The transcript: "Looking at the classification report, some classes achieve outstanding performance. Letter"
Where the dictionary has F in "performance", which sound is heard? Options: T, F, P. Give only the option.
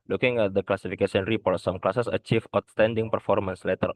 F